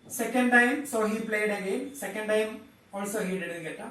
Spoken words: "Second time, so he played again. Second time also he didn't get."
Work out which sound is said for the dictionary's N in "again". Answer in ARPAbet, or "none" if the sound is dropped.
L